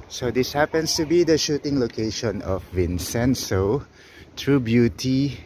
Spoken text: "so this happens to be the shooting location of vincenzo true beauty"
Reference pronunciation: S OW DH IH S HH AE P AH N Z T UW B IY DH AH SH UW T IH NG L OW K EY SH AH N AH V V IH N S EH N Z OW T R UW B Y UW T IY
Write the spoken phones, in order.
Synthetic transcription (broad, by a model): S OW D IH S HH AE P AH N S T UW B IY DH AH SH UW T IH NG L OW K EY SH AH N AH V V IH N S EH N S OW T R UW B Y UW T IY